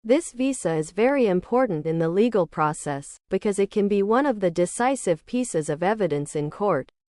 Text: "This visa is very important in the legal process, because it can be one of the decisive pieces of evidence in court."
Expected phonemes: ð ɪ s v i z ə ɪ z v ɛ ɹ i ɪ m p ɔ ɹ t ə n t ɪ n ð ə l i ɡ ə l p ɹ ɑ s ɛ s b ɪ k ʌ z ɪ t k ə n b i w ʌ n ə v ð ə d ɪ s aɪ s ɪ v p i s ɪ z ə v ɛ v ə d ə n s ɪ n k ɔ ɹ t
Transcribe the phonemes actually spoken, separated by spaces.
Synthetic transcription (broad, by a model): ð ɪ s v i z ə ɪ z v ɛ ɹ i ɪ m p ɔ ɹ t n t ɪ n ð ə l i ɡ l p ɹ ɑ s ɛ s b ɪ k ʌ z ɪ t k ə n b i w ʌ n ə v ð ə d ɪ s aɪ s ɪ v p i s ɪ z ə v ɛ v ə d ə n s ɪ n k ɔ ɹ t